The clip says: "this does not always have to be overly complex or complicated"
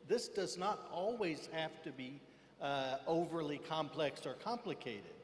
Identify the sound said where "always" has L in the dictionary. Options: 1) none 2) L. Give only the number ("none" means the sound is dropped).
2